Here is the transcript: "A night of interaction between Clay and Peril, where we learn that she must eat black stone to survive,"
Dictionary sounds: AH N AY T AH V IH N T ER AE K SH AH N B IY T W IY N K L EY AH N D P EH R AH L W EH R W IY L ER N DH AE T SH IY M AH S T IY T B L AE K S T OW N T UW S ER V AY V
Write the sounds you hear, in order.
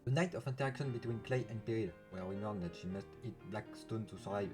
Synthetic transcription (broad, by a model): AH N AY T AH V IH N T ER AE K SH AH N B IY T W IY N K L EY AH N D P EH R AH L W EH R W IY N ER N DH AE T SH IY M AH S T IY T B L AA K S T OW N T UW S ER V AY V